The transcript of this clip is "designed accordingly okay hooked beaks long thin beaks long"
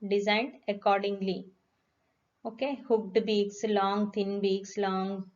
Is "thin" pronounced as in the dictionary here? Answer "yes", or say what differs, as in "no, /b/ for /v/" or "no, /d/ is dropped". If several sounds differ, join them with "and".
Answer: no, /t/ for /θ/